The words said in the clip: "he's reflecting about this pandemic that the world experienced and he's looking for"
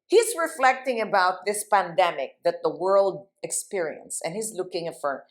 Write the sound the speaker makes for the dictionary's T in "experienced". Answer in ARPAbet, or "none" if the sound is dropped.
none